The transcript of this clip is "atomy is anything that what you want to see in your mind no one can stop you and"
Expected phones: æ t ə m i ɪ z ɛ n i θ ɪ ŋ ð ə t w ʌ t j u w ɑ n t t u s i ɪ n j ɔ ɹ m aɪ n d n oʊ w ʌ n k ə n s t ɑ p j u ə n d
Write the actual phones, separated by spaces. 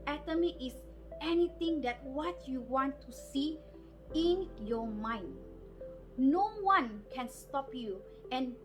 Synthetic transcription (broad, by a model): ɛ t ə m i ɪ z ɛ n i t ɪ ŋ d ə t w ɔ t j u w ɑ n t t u s i ɪ n j ɔ m aɪ n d n oʊ w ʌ n k ə n s t ɑ p j u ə n